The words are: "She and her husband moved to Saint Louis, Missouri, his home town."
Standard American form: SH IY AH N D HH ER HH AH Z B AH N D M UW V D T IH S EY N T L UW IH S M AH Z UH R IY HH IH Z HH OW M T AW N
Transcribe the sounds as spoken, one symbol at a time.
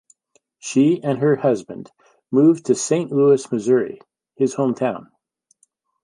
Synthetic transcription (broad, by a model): SH IY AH N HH ER HH AH Z B AH N D M UW V T IH S EY N T L UW IH S M AH Z UH R IY HH IH Z HH OW M T AW N